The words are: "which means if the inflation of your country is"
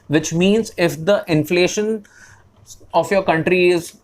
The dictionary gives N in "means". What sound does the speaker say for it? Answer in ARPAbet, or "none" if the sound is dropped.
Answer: N